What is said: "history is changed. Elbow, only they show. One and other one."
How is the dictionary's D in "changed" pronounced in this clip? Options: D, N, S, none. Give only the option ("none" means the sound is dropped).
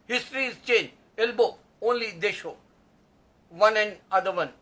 none